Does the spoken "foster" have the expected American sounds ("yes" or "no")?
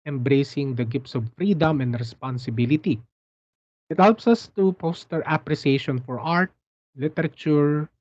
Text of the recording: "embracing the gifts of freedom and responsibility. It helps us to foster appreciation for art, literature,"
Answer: no